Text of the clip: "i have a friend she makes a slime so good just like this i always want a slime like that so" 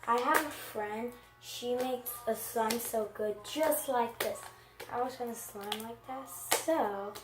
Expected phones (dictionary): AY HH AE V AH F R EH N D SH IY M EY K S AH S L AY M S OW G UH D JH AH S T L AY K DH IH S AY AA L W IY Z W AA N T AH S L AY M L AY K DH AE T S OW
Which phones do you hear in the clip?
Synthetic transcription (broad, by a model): AY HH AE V AH F R EH N D SH IY M EY K S AH S L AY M S OW G UH D JH AH S T L AY K DH IH S AY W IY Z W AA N AH S L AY M L AY K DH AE T S OW